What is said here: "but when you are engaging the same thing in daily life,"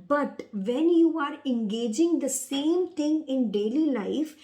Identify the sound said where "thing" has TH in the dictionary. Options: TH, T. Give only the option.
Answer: T